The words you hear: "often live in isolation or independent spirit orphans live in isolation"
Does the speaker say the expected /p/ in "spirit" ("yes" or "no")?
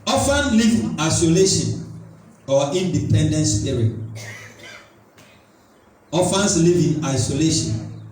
no